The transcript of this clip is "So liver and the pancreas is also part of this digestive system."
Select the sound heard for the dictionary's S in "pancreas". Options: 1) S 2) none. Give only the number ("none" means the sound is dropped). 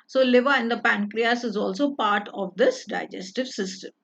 1